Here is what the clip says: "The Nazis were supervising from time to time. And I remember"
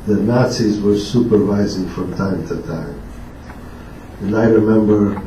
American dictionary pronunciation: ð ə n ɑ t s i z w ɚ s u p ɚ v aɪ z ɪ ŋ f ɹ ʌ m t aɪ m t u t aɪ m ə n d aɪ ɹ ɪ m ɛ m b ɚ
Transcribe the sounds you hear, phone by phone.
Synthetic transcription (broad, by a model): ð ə n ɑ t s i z w ɚ s u p ɚ v aɪ z ɪ ŋ f ɹ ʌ m t aɪ m t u t aɪ m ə n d aɪ ɹ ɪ m ɛ m b ɚ